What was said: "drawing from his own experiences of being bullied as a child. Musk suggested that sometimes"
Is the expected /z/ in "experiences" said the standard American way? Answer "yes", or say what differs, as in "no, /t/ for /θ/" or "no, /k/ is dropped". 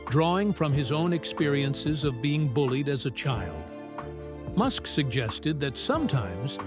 yes